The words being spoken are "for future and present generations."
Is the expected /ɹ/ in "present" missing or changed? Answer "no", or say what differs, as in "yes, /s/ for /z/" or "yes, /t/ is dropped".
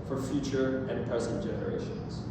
yes, /ɹ/ is dropped